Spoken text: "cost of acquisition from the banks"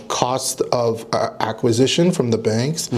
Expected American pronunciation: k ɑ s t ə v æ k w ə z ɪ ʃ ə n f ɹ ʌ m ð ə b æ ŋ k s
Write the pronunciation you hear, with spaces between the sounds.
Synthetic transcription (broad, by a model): k ɑ s t ə v æ k w ə z ɪ ʃ ə n f ɹ ʌ m ð ə b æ ŋ k s